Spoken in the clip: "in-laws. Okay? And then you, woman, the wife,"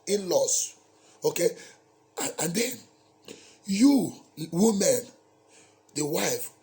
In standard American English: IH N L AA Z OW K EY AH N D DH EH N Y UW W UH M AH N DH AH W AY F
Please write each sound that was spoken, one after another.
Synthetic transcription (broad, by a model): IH N L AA S OW K EY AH N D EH N Y UW W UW M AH N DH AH W AY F